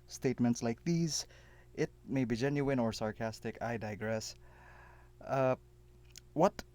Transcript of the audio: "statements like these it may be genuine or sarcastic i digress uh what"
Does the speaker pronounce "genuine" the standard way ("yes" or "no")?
yes